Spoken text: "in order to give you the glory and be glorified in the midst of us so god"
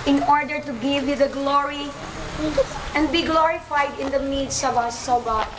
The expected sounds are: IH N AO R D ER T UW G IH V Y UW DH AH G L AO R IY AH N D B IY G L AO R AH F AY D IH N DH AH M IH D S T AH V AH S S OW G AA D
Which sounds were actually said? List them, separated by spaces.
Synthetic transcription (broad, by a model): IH N AO R D ER T UW G IH V Y UW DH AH G L AO R IY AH N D B IY G L AO R AH F AY D IH N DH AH M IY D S AH V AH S S OW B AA